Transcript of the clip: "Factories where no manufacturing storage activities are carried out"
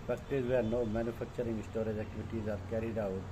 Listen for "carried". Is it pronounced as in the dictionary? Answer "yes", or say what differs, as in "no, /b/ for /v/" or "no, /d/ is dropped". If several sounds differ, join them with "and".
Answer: yes